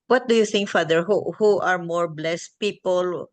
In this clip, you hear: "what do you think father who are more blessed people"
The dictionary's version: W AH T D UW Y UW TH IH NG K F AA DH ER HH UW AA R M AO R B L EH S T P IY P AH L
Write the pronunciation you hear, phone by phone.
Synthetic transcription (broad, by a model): W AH T D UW Y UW TH IH NG K F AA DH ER HH UW AA R M AO R B L EH S T P IY P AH L